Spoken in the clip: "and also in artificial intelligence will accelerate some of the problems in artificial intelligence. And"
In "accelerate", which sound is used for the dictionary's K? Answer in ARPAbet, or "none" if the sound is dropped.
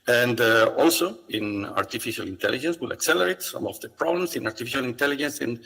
K